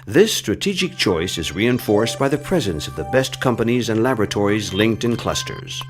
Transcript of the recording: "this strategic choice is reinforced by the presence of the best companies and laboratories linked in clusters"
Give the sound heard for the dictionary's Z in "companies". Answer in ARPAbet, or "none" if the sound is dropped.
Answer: Z